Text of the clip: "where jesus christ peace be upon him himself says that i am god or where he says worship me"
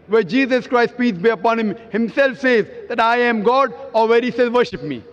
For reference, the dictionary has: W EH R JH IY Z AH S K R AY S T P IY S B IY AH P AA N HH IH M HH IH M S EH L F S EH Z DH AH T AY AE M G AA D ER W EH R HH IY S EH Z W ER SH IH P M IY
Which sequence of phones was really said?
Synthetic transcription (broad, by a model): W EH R JH IY Z AH S K R AY S T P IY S B IY AH P AA N HH IH M HH IH M S EH L F S EH Z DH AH T AY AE M G AA D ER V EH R HH IY S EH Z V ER SH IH P M IY